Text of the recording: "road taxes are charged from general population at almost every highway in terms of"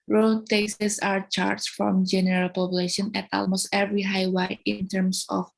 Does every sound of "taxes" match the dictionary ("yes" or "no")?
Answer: no